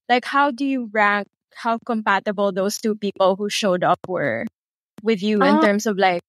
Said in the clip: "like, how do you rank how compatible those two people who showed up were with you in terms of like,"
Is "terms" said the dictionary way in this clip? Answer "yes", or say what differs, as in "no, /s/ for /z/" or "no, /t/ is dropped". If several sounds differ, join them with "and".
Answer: no, /s/ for /z/